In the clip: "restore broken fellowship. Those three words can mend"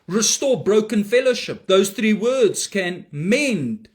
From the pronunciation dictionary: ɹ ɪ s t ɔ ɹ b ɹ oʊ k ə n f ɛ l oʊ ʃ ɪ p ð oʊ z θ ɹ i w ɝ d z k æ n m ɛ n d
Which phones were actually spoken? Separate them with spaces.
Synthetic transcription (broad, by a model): ɹ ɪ s t ɔ b ɹ oʊ k ə n f ɛ l oʊ ʃ ɪ p ð oʊ z θ ɹ i w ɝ d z k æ n m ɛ n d